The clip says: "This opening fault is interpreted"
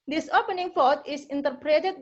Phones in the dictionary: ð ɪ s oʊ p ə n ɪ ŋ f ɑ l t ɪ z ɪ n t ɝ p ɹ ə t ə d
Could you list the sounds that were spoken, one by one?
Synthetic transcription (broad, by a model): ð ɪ s oʊ p ə n ɪ ŋ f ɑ t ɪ s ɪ n t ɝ p ɹ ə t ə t